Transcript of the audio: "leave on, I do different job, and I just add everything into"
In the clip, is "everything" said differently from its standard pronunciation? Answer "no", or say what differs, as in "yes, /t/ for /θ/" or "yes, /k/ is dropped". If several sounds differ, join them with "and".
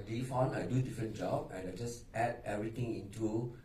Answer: yes, /t/ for /θ/